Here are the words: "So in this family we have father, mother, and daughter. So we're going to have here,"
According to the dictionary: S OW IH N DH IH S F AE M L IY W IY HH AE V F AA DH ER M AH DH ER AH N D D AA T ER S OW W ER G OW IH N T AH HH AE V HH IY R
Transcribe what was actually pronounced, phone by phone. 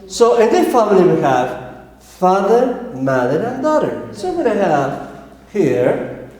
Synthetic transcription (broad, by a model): S OW IH N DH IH F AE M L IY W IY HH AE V F AA DH ER M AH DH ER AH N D D AA T ER S OW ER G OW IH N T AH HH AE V HH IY R